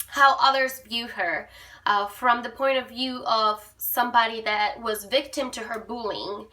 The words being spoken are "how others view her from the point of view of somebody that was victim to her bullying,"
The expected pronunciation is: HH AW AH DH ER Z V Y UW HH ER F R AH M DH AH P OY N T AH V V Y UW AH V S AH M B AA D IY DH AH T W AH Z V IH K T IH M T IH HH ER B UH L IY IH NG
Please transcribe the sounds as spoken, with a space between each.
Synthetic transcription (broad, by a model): HH AW AH DH ER Z B Y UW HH ER F R AH M DH AH P OY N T AH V V Y UW AH V S AH M B AA D IY DH AH T W AH Z V IH K T IH M T IH ER B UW L IH NG